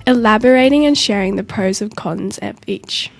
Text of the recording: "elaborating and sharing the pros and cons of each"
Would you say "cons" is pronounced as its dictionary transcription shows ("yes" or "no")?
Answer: yes